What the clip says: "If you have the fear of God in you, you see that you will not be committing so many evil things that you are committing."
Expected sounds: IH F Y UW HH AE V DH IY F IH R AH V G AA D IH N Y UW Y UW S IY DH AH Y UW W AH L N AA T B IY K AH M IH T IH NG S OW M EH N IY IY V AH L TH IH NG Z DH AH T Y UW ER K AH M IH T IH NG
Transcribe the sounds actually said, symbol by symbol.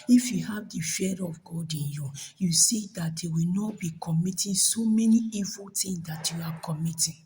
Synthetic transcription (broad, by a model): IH F Y UW HH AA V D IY F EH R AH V G AA D IH N Y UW Y UW S IY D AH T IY W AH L N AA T B IY K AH M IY T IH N S OW M EH N IY IY V AH L T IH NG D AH T Y UW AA K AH M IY T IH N